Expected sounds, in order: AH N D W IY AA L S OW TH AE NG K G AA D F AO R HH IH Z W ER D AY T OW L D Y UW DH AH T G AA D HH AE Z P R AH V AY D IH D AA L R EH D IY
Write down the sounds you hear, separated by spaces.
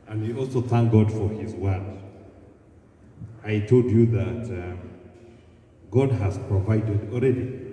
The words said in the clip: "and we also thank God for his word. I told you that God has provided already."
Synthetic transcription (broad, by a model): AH N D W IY AA L S OW TH AE NG K G AA D F AO R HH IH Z W ER D AY T OW L D Y UW DH AH T G AA D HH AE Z P R AH V AY D IH D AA L R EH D IY